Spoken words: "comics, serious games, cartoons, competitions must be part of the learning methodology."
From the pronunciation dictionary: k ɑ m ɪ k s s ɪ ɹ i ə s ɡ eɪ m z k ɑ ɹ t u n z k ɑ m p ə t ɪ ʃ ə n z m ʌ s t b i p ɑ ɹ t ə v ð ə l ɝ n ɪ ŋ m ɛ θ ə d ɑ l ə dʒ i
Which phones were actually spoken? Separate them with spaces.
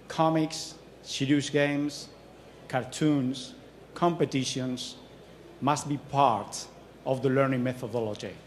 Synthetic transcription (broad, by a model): k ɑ m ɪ k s s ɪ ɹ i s ɡ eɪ m s k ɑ ɹ t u n s k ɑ m p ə t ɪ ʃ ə n s m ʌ s t b i p ɑ ɹ t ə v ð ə l ɝ n ɪ ŋ m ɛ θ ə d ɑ l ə dʒ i